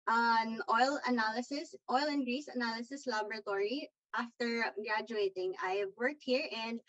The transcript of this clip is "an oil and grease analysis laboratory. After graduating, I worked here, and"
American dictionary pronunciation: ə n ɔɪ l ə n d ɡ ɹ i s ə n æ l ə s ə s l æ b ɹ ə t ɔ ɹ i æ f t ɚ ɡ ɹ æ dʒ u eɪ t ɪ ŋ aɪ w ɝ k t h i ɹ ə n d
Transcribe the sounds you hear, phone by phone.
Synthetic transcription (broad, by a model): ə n ɔɪ l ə n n ɡ ɹ i s ə n æ l ə s ə s l æ b ɹ ə t ɔ ɹ i æ f t ɚ ɡ ɹ æ dʒ u eɪ t ɪ ŋ aɪ w ɝ k t h i ɹ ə n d